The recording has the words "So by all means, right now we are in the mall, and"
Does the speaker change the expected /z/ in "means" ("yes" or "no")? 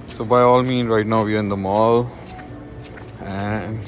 yes